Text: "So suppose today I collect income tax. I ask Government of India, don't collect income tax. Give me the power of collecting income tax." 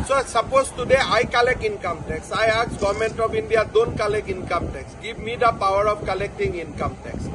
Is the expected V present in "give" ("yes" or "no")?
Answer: no